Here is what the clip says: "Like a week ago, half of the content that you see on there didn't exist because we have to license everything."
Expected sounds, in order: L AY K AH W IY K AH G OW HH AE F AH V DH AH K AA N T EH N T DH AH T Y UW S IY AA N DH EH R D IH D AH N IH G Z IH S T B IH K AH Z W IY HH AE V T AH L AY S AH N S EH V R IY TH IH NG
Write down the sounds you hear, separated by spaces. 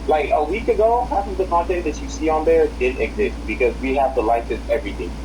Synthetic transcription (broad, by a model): L AY K AH W IY K AH G OW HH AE P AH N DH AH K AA N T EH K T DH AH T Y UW S IY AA N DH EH R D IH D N IH G Z IH S T B IH K AH Z W IY HH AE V T AH L AY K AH S EH V R IY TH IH